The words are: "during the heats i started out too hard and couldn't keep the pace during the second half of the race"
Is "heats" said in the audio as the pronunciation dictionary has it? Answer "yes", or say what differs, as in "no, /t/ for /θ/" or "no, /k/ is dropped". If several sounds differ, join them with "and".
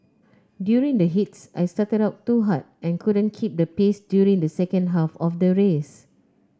yes